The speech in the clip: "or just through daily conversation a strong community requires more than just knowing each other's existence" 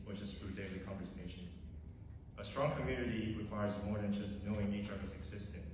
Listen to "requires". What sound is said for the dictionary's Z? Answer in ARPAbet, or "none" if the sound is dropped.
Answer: Z